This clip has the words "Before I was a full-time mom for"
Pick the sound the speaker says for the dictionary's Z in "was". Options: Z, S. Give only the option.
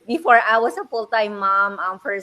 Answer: S